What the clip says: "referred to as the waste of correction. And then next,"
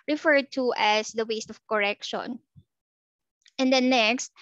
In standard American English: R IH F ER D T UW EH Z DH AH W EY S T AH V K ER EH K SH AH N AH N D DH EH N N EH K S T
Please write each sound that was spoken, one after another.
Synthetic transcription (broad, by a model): R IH F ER D T UW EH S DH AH W EY S T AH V K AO EH K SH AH N AH N D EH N N EH K S T